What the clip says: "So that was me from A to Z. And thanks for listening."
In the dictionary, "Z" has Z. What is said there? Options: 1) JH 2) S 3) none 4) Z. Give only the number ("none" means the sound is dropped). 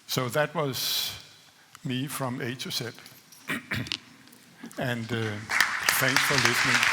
2